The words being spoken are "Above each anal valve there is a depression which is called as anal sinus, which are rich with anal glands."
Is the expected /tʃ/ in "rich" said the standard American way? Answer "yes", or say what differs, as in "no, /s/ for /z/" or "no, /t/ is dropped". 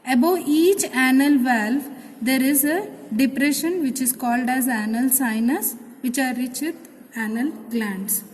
yes